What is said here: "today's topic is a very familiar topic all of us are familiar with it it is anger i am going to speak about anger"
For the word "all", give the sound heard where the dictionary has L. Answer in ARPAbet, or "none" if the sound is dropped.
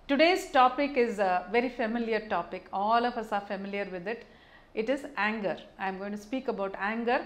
L